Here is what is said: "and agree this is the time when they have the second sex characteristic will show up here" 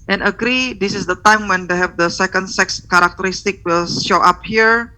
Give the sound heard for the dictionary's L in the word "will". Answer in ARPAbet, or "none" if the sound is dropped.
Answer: L